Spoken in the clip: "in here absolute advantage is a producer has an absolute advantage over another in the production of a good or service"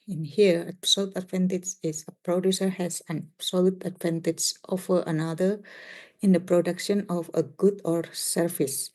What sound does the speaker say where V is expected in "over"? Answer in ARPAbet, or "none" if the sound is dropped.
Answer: F